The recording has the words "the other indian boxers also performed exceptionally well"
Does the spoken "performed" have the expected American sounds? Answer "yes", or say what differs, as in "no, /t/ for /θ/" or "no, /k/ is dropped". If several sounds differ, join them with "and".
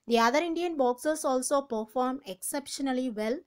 no, /d/ is dropped